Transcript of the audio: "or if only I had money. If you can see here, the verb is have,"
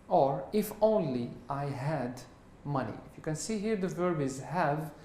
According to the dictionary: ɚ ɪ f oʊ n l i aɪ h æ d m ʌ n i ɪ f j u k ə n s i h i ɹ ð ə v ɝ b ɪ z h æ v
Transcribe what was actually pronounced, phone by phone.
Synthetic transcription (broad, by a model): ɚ ɪ f oʊ n l i aɪ h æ d m ʌ n i ɪ f j u k ə n s i h i ɹ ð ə v ɝ b ɪ z h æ v